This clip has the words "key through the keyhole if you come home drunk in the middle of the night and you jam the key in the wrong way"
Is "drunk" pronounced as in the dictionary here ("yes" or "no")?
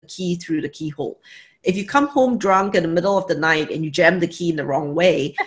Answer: yes